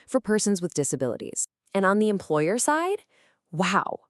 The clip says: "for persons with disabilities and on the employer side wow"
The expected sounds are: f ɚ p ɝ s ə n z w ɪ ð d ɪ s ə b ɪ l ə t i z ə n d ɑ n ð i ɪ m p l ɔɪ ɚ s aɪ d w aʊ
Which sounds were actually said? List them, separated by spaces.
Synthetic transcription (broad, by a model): f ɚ p ɝ s ə n z w ɪ ð d ɪ s ə b ɪ l ə t i z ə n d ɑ n ð i ɪ m p l ɔɪ ɚ s aɪ d w aʊ